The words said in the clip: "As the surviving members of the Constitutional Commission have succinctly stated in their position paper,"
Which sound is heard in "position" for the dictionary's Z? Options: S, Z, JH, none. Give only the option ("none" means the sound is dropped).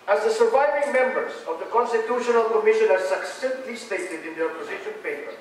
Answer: Z